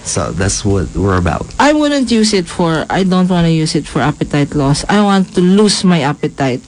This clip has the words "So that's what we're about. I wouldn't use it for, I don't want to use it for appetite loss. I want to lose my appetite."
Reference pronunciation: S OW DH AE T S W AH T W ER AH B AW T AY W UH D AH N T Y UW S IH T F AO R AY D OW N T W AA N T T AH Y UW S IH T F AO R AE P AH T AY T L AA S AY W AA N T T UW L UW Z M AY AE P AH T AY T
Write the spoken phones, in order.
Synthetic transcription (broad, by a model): S OW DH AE T S W AH T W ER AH B AW T AY W UH D AH N T Y UW S IH T F AO R AY D OW N T W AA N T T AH Y UW S IH T F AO R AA P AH T AY T L AA S AY W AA N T T UW L UW S M AY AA P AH T AY T